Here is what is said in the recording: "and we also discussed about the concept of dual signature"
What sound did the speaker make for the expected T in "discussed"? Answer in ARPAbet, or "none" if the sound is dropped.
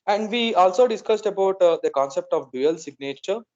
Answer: T